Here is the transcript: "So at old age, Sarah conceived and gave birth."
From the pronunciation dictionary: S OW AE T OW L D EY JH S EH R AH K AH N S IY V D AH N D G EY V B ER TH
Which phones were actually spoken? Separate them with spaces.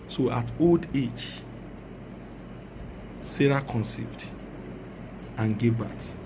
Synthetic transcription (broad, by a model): S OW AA T OW L D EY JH S EH R AH K AH N S IY V D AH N G EY V B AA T